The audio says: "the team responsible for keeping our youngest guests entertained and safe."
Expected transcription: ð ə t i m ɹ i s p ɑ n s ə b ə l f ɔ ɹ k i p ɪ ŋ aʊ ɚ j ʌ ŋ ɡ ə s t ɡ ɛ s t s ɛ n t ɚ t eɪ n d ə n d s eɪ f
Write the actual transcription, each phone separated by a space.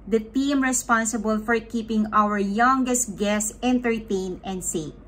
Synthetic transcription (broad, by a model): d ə t i m ɹ i s p ɑ n s ə b ə l f ɔ ɹ k i p ɪ ŋ aʊ ɚ j ʌ ŋ ɡ ə s t ɡ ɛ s s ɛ n t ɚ t eɪ n ə n d s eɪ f